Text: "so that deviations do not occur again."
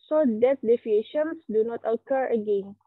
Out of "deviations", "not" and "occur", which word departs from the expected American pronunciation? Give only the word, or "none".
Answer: deviations